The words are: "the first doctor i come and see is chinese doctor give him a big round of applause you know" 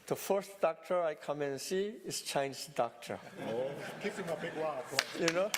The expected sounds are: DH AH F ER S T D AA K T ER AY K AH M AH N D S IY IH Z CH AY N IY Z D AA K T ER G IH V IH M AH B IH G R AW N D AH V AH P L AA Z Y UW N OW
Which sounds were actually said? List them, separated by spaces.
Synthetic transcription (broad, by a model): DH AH F ER S T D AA K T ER AY K AH M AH N S IY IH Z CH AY N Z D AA K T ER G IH P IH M AH B IH G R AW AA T Y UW N OW